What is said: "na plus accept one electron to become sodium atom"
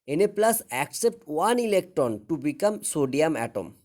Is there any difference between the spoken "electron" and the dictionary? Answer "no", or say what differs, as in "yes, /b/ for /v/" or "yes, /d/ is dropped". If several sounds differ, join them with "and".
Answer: no